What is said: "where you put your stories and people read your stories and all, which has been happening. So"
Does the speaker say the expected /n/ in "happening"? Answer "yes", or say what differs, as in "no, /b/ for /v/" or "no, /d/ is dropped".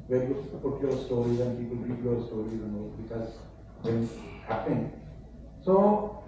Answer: no, /n/ is dropped